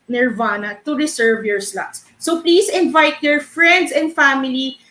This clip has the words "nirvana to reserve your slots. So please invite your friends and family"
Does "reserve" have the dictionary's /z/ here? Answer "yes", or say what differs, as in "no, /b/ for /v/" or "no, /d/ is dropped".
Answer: no, /s/ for /z/